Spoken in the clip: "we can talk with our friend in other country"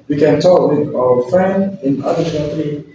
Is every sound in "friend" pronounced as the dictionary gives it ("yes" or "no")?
yes